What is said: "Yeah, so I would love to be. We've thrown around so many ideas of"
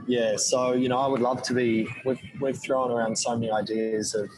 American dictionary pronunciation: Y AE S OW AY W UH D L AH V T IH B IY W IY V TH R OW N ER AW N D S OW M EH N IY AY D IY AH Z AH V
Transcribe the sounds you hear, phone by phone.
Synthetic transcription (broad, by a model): Y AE S OW AY W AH D L AH V T IH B IY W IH W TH R OW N ER AW N D S OW M EH N IY AY D IY AH Z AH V